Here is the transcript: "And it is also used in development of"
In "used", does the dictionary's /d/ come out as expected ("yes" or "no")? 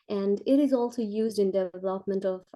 yes